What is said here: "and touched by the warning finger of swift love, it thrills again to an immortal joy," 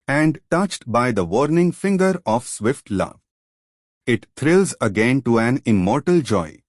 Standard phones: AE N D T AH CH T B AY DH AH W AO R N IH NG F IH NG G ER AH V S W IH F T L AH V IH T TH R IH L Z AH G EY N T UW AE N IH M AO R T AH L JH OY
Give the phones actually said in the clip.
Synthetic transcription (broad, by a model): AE N D T AH CH T B AY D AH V AO R N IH NG F IH NG G ER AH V S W IH F T L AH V IH T T R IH L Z AH G EY N T UW AE N IH M AO R T AH L JH OY